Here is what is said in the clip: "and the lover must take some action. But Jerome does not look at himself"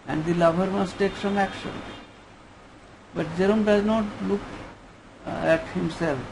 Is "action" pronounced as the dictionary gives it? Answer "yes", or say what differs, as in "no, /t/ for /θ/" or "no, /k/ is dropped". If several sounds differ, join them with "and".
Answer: yes